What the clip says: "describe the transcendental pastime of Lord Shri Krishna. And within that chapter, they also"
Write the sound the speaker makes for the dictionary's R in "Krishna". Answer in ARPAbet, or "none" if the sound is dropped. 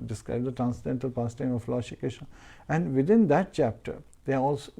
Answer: none